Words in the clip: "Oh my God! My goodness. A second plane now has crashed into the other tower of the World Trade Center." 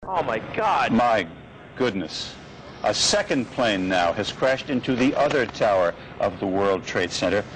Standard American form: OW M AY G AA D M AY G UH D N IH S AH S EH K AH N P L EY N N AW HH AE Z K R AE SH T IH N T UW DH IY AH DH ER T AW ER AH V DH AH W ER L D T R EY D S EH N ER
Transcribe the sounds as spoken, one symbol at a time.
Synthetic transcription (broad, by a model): OW M AY G AA D M AY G UH D N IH S AH S EH K AH N P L EY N N AW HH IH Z K R AE SH T IH N T UW DH IY AH DH ER T AW ER AH V DH AH W ER L D T R EY D S EH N ER